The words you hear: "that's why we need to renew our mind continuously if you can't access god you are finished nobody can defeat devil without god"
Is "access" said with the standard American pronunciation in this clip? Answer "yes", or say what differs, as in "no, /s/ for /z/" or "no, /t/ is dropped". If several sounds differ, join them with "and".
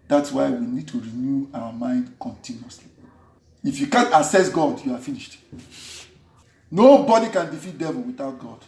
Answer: no, /k/ is dropped